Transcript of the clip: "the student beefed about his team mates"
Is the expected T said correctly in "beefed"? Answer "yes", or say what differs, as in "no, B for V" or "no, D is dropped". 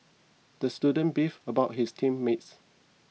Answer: no, T is dropped